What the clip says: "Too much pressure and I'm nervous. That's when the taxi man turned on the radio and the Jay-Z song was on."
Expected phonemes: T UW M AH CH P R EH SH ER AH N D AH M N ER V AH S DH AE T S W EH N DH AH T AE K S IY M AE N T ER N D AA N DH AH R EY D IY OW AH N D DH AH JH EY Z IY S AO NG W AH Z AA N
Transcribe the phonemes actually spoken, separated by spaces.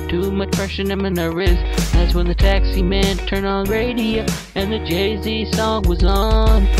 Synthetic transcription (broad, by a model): T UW M AH CH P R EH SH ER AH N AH M N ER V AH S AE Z W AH N DH AH T AE K S IY M AE N T ER N D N R EY D IY OW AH N DH AH JH EY Z IY S AO NG W AH Z N